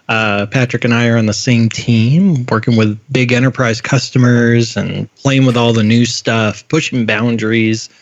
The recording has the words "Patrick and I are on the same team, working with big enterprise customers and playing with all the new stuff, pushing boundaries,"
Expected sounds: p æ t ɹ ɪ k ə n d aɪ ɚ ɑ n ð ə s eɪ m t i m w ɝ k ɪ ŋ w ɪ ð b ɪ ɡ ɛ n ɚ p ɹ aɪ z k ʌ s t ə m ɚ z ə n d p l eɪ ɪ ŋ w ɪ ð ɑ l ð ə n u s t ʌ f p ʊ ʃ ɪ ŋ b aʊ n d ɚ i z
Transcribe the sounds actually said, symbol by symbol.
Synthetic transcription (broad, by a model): p æ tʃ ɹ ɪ k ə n aɪ ɚ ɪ n ð ə s eɪ m t i m w ɝ k ɪ ŋ w ɪ ð b ɪ ɡ ɛ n ɚ p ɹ aɪ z k ʌ s t ə m ɚ z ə n p l eɪ ɪ ŋ w ɪ ð ɑ l ð ə n u s t ʌ f p ʊ ʃ ɪ ŋ b aʊ n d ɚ i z